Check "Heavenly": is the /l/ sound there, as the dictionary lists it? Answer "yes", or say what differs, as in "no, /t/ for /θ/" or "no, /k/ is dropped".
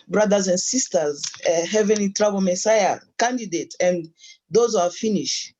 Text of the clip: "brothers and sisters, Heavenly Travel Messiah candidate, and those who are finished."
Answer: yes